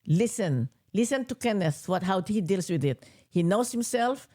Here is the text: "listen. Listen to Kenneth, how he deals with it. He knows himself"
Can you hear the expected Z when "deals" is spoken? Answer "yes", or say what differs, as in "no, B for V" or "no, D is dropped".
no, S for Z